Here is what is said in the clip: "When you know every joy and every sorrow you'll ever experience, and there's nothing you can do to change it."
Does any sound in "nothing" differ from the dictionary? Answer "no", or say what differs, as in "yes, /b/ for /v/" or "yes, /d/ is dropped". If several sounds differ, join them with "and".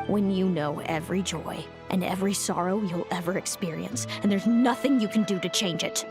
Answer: no